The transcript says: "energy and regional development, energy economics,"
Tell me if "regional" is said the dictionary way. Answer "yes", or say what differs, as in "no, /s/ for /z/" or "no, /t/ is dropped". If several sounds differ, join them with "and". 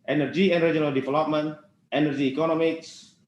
no, /dʒ/ is dropped